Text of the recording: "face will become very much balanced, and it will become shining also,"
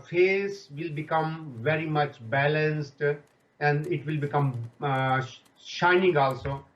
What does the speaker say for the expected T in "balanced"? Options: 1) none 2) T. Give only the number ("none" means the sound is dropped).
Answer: 2